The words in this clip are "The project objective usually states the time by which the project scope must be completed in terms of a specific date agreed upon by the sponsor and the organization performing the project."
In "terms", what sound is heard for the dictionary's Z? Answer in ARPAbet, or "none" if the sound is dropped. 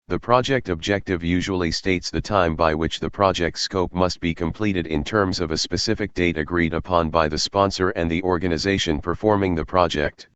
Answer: Z